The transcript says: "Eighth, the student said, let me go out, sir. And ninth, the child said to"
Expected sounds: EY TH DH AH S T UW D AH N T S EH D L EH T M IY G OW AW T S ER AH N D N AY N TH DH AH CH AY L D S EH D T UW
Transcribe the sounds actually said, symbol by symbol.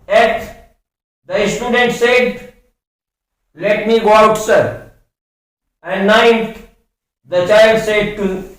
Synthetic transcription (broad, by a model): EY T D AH S T UW D AH N T S EH D L EH T M IY G OW AW T S ER AH N D N AY N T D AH CH AY L D S EH D T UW